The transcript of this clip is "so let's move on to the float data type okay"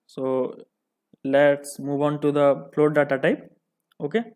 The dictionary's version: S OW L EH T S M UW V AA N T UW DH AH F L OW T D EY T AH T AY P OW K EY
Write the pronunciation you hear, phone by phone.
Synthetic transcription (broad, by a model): S OW L EH T S M UW V AA N T UW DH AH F L OW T D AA T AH T AY P OW K EY